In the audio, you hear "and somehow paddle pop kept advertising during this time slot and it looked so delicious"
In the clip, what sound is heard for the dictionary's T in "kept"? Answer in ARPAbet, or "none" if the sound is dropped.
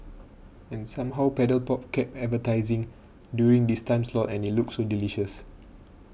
none